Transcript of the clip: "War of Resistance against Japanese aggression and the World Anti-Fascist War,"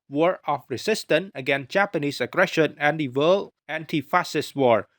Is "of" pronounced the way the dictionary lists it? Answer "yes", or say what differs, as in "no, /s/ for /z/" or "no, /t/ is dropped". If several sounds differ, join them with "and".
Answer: no, /f/ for /v/